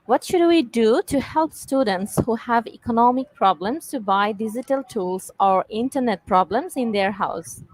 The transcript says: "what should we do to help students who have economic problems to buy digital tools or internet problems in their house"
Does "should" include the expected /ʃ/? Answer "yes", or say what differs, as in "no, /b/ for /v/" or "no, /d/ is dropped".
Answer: yes